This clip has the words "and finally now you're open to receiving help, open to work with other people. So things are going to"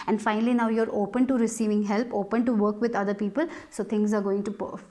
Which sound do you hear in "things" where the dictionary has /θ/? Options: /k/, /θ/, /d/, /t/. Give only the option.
/t/